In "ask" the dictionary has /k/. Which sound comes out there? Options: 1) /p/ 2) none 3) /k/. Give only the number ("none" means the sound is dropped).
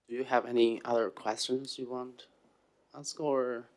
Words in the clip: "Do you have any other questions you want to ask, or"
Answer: 3